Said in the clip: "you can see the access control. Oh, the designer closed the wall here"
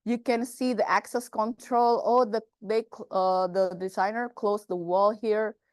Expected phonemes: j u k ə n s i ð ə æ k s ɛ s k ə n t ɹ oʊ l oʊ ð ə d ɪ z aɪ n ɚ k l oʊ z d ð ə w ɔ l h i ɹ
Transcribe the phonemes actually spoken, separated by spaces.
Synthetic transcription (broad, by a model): j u k ə n s i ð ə æ k s ɛ s k ə n t ɹ oʊ l oʊ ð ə d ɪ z aɪ n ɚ k l oʊ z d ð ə w ɔ l h i ɹ